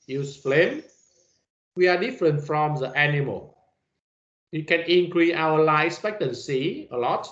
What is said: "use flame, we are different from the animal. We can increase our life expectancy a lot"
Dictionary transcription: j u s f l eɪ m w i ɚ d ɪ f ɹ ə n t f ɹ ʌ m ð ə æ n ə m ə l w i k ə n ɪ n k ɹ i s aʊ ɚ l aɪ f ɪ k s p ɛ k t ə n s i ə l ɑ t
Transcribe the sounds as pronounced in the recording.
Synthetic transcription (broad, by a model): j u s f l eɪ m w i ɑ d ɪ f ɹ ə n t f ɹ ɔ m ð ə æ n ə m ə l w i k ə n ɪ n k ɹ i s aʊ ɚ l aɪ ɪ s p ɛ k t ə n s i ə l ɑ t